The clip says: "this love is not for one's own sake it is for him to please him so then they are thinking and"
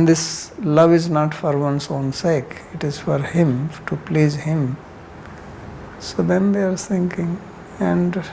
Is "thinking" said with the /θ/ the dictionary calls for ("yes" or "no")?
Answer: no